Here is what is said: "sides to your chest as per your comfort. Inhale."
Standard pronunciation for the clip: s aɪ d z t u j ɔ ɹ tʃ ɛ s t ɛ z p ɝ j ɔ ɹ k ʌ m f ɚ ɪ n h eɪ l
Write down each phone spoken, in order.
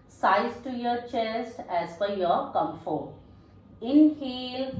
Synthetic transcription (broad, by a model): s aɪ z t u j ɔ ɹ tʃ ɛ s t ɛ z f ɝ j ɔ ɹ k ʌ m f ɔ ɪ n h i l